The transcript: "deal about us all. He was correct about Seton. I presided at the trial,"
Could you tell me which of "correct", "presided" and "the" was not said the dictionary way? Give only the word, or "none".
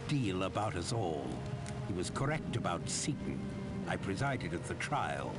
none